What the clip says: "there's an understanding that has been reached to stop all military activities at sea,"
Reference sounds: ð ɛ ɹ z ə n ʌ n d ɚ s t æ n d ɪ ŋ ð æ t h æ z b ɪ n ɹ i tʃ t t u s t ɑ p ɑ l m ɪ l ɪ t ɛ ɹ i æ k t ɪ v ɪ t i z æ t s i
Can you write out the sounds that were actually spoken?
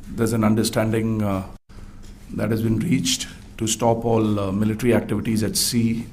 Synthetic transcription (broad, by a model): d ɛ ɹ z ə n ʌ n d ɚ s t æ n d ɪ ŋ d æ t h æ z b ɪ n ɹ i tʃ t t u s t ɑ p ɑ l m ɪ l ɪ t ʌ ɹ i æ k t ɪ v ɪ t i z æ t s i